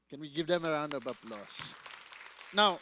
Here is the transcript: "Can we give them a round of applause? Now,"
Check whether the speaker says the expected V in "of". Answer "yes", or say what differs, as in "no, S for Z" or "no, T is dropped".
no, B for V